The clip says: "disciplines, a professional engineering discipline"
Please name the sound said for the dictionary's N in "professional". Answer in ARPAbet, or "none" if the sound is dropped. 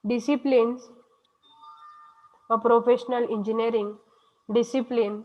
N